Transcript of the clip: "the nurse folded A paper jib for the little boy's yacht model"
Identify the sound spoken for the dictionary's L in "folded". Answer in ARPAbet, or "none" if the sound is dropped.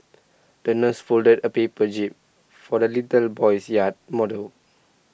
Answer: L